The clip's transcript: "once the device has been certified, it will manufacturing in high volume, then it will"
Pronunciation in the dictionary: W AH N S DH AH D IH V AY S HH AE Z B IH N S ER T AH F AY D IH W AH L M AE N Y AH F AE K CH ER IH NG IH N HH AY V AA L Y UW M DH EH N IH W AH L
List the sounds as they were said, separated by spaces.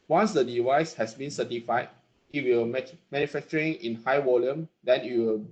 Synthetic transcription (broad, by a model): W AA N S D AH D IH V AY S HH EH S B IH N S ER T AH F AY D IH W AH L M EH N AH F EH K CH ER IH NG IH N HH AY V AA L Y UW M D EH N IH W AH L